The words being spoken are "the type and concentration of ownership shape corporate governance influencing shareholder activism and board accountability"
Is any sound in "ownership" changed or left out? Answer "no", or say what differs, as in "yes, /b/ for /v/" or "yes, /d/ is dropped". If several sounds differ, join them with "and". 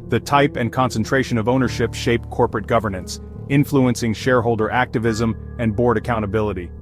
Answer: no